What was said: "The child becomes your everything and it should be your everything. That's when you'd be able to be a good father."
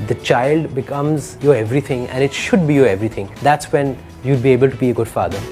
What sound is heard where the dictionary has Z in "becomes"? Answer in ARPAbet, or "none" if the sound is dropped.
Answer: Z